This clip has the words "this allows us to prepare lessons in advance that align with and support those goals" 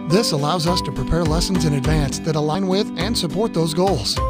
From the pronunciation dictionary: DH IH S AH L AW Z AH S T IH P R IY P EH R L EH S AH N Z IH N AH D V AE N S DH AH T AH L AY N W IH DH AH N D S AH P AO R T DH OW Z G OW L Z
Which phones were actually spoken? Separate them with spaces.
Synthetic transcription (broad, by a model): DH IH S AH L AW Z AH S T IH P R IY P EH R L EH S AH N Z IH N AH D V AE N S DH AH T AH L AY N W IH DH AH N S AH P AO R T DH OW Z G OW L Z